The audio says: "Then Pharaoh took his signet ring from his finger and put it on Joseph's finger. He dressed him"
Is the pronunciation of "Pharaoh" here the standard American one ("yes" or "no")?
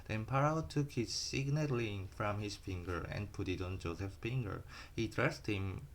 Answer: no